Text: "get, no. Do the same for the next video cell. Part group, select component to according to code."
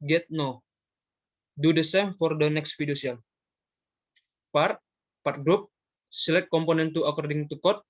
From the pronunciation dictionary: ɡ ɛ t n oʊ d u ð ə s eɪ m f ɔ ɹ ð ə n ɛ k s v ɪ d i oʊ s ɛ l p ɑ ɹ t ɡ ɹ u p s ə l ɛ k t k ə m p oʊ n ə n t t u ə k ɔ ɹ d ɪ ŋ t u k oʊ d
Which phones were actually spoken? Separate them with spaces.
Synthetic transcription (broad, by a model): ɡ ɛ t n oʊ d u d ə s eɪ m f ɔ ɹ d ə n ɛ k s f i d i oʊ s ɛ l p ɑ ɹ t ɡ ɹ u p s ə l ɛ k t k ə m p oʊ n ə n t t u ə k ɔ ɹ d ɪ ŋ t u k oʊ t